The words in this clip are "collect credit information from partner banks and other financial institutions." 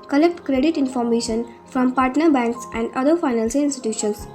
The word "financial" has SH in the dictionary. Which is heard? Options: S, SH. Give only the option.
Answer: S